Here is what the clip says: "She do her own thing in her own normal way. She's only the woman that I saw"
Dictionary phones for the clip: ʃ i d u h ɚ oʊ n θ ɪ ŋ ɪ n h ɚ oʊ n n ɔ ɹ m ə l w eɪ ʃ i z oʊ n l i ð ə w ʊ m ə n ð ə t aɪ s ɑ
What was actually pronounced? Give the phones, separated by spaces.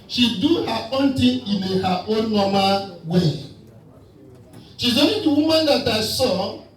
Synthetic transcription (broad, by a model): ʃ i d u h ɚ oʊ n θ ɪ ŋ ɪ n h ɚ oʊ n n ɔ m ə w eɪ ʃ i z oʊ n i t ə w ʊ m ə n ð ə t aɪ s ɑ